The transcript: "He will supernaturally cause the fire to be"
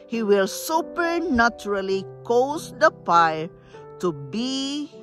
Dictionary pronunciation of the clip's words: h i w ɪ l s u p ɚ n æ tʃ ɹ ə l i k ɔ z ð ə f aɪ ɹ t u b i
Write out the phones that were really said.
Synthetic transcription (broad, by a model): h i w ɪ l s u p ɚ n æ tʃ ɹ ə l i k ɔ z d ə p aɪ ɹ t u b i